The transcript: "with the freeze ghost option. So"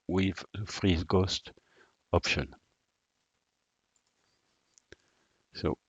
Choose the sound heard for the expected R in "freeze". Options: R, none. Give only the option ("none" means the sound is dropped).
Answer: R